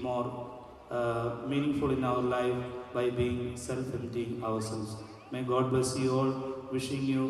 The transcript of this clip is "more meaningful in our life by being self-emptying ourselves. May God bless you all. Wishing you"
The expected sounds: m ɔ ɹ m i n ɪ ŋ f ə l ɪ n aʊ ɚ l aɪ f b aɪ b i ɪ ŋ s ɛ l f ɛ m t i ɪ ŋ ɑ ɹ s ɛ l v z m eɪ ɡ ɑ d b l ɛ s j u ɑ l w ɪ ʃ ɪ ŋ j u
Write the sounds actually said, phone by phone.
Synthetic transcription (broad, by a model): m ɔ ɹ m i n ɪ ŋ f ə l ɪ n aʊ ɚ l aɪ f b aɪ b i ɪ ŋ s ɛ l f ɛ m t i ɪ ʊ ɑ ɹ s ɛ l z m eɪ ɡ ɑ d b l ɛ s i ɑ l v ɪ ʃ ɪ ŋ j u